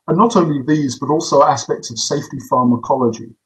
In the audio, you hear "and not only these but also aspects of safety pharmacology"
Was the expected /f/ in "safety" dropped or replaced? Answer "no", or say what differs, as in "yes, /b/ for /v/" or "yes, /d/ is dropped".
no